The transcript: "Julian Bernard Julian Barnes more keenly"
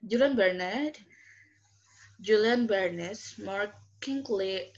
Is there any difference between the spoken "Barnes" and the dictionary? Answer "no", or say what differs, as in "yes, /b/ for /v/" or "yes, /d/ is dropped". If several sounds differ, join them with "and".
yes, /s/ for /z/